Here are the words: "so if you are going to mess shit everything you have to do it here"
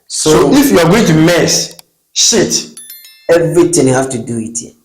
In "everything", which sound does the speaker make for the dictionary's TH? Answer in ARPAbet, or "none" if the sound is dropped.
T